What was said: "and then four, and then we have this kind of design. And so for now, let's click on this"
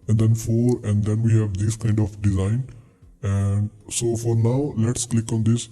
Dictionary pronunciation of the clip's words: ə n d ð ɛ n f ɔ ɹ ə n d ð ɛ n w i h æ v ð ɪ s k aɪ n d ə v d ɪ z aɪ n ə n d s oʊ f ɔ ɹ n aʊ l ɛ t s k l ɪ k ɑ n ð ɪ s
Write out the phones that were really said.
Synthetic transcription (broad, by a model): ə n d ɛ n f ɔ ɹ ə n d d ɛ n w i h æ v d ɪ s k aɪ n d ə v d ɪ z aɪ n ə n d s oʊ f ɔ ɹ n aʊ l ɛ t s k l ɪ k ɑ n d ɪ s